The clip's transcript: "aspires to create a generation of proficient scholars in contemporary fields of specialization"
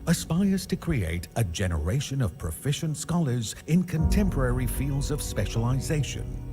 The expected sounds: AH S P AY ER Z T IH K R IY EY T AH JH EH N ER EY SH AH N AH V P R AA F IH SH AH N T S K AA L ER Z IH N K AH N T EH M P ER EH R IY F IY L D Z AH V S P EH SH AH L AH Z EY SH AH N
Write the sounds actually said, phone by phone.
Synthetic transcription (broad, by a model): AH S P AY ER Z T IH K R IY EY T AH JH EH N ER EY SH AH N AH V P R AA F IH SH AH N T S K AA L ER Z IH N K AH N T EH M P ER EH R IY F IY L D Z AH V S P EH SH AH L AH Z EY SH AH N